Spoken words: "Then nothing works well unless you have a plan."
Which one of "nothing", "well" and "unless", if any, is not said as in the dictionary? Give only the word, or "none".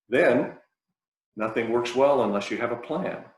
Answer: none